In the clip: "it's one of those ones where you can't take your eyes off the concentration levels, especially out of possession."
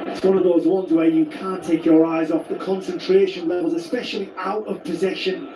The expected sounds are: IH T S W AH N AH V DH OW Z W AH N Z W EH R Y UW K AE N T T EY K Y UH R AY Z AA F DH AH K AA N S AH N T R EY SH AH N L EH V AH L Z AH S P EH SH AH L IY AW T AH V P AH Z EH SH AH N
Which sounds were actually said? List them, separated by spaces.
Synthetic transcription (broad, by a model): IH T S W AH N AH V DH OW Z W AH N Z W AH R Y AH K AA N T T EY K Y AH R AY Z AA F DH AH K AA N S AH N T R EY SH AH N L EH V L Z AH S P EH SH AH L IY AW T AH V P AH Z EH SH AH N